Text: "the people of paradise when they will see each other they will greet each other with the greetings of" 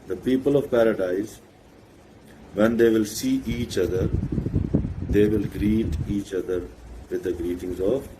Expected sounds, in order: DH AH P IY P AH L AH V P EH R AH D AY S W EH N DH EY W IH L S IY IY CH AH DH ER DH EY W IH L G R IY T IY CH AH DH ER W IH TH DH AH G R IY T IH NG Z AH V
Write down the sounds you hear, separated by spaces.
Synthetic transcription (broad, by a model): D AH P IY P AH L AH V P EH R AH D AY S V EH N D EY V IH L S IY IY CH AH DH ER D EY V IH L G R IY T IY CH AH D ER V IH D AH G R IY T IH NG Z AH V